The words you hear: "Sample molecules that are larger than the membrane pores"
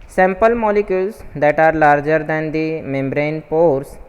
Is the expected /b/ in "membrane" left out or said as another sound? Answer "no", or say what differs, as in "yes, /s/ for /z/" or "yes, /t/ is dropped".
no